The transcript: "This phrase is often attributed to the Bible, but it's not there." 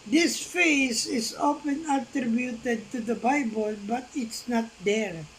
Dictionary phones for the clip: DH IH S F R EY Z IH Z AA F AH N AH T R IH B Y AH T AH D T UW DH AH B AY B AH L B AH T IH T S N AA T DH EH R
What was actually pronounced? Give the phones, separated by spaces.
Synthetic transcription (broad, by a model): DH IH S F EY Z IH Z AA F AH N AH T R IH B Y AH T AH D T UW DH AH B AY B AH L B AH T IH T S N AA T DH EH R